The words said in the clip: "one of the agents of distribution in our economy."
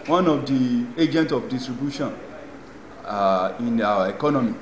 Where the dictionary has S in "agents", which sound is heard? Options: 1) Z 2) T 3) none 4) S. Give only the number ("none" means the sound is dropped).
3